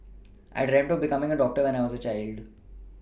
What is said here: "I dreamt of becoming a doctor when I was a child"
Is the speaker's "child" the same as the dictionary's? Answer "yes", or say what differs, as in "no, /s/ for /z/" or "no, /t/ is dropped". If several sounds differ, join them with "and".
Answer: yes